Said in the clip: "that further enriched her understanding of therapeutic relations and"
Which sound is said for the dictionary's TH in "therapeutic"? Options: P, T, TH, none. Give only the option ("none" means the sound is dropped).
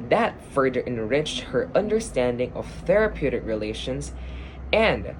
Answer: TH